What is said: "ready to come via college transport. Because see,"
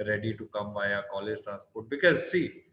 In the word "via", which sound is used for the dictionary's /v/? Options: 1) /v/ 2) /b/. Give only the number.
2